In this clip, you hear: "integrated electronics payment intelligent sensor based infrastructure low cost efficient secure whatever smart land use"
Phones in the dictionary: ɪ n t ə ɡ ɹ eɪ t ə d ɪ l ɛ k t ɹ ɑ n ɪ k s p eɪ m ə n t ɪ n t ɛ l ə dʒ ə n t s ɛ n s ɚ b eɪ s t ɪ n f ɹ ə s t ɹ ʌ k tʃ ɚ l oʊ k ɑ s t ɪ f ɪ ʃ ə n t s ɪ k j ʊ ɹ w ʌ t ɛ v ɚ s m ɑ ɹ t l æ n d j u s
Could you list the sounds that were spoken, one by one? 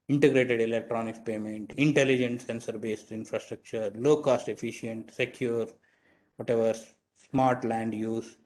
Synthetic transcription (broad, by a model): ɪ n t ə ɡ ɹ eɪ t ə d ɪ l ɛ k t ɹ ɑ n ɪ k p eɪ m ə n t ɪ n t ɛ l ə dʒ ə n t s ɛ n s ɚ b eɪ s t ɪ n f ɹ ə s t ɹ ʌ k tʃ ɚ l oʊ k ɑ s t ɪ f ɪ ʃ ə n t s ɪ k j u ɹ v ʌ t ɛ v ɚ s m ɑ ɹ t l æ n d j u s